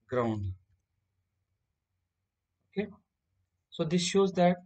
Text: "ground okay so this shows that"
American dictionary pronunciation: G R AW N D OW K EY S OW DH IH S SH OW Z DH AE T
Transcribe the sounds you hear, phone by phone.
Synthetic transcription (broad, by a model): G R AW N D OW K EY S OW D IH S SH OW Z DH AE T